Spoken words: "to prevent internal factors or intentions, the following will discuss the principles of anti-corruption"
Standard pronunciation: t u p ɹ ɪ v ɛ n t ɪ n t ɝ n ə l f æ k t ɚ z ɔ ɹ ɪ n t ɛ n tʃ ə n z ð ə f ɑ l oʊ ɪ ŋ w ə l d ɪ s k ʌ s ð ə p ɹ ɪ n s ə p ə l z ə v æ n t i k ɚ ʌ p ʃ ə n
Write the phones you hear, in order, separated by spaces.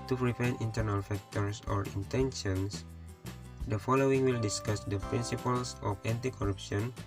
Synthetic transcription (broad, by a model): t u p ɹ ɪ p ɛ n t ɪ n t ɝ n ə l f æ k t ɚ s ɔ ɹ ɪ n t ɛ n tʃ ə n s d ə f ɑ l oʊ ɪ ŋ w ə l d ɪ s k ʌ s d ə p ɹ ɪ n s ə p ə l s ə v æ n t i k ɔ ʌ p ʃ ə n